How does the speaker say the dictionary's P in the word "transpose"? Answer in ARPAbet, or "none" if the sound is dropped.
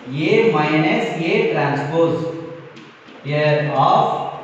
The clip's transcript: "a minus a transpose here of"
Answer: P